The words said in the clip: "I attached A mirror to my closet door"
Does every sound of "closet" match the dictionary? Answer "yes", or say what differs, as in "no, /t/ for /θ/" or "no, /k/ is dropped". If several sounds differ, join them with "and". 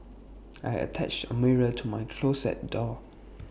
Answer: no, /s/ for /z/